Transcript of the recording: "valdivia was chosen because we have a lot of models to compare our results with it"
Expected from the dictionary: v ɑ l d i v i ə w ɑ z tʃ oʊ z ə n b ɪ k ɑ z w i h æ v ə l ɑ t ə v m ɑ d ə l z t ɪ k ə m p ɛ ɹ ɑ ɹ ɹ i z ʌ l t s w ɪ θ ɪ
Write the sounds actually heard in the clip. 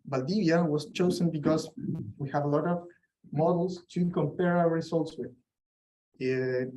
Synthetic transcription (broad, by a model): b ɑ l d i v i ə w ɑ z tʃ oʊ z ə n b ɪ k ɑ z w i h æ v ə l ɑ t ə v m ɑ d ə l s t ɪ k ə m p ɛ ɹ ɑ w ɹ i s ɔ l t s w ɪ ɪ